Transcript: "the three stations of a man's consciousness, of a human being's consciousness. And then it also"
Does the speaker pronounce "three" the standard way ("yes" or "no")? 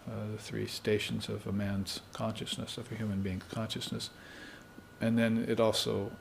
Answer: yes